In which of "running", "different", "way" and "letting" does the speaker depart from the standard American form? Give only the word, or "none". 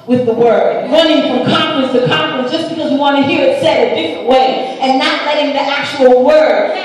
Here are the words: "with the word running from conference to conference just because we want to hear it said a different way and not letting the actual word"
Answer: none